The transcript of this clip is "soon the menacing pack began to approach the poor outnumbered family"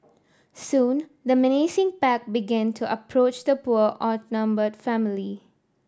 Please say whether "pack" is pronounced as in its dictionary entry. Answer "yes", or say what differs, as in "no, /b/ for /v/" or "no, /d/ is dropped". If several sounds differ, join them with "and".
yes